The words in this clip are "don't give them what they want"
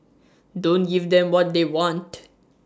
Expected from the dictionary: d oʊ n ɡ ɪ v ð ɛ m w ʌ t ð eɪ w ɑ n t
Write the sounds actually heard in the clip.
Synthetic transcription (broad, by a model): d oʊ n ɡ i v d ɛ m w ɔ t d eɪ w ɑ n t